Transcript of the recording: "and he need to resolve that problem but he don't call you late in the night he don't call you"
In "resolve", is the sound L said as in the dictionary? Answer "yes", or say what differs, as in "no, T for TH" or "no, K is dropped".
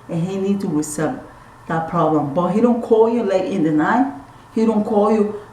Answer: no, L is dropped